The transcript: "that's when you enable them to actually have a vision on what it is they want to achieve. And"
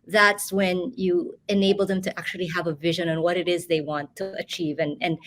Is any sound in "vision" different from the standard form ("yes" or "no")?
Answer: no